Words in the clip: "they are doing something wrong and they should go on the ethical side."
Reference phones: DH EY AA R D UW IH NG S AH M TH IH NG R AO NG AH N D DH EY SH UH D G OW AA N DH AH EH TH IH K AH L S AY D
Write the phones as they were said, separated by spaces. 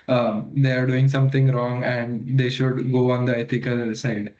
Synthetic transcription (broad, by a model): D EY AA R D UW IH NG S AH M T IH NG R AO NG AH N D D EY SH UH D G OW AA N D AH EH T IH K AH L S AY D